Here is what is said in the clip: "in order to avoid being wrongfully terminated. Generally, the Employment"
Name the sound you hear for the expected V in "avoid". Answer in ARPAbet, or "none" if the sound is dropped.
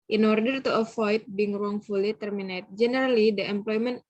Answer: F